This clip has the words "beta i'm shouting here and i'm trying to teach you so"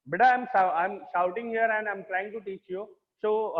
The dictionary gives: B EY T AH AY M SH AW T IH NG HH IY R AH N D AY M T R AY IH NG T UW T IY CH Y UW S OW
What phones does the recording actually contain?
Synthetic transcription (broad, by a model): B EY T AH AY M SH AW T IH NG HH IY R AH N D AY M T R AY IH NG T UW T IY CH Y UW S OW